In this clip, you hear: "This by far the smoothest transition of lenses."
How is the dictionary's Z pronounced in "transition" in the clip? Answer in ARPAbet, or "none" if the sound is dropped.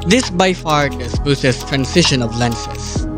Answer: S